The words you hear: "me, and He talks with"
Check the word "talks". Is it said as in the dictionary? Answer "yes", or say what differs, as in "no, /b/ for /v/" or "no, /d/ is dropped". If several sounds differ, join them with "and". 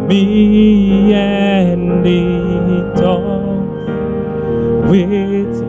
no, /k/ is dropped